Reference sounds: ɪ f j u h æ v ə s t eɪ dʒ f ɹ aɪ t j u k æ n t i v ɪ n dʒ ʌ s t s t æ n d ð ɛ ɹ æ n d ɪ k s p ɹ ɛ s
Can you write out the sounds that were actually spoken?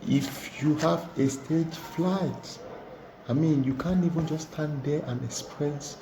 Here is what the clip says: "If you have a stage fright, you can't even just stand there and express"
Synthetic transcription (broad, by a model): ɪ f j u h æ v ə s t eɪ dʒ f l aɪ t j u k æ n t i v ɪ n dʒ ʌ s s t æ n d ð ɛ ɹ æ n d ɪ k s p ɹ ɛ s